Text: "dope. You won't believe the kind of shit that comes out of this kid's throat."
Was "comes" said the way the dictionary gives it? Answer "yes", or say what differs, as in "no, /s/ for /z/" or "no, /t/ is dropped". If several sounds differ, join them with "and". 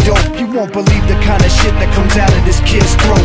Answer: yes